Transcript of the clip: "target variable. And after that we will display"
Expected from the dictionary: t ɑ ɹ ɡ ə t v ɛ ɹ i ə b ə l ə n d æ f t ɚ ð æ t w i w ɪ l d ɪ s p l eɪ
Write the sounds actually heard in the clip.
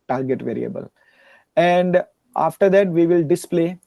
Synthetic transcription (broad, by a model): t ɑ ɹ ɡ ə t v ɛ ɹ i ə b ə l ə n d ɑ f t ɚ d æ t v i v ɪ l d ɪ s p l eɪ